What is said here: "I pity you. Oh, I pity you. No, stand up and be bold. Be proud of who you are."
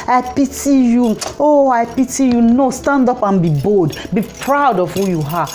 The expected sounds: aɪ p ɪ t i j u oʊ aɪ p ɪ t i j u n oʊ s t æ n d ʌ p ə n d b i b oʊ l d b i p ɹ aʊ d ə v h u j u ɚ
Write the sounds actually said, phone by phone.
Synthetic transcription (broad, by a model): aɪ p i t i j u oʊ aɪ p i t i j u n oʊ s t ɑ n d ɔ p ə n b i b oʊ l d b i p ɹ aʊ d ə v h u j u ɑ